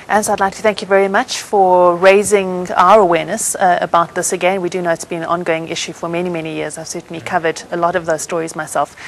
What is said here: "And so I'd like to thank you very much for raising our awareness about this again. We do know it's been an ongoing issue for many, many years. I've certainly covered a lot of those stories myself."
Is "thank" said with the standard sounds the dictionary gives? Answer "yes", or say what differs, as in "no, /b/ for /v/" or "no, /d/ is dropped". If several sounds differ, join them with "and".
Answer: yes